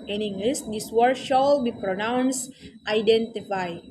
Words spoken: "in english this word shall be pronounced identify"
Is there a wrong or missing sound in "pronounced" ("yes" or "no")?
no